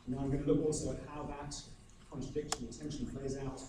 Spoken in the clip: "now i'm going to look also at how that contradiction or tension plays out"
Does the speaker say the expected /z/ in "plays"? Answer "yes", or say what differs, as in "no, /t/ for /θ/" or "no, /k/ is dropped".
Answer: yes